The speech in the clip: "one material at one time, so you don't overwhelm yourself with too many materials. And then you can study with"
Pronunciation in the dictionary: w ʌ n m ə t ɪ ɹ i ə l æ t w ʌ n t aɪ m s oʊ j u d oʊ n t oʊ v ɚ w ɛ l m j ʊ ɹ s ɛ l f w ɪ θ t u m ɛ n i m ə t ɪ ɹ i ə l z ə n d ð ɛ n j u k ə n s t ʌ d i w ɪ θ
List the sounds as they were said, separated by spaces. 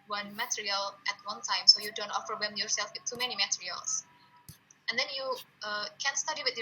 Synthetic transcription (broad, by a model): w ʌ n m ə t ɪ ɹ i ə l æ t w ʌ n t aɪ m s oʊ j u d oʊ n t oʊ f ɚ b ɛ m j ʊ ɹ s ɛ l f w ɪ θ t u m ɛ n i m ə t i ɹ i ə l s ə n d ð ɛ n j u k ə n s t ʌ d i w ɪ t